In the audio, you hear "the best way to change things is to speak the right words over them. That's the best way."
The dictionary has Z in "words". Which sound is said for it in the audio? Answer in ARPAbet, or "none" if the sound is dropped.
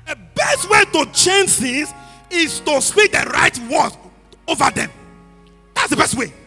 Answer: none